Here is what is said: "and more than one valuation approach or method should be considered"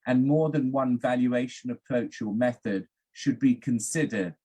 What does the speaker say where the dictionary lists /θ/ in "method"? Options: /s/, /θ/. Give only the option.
/θ/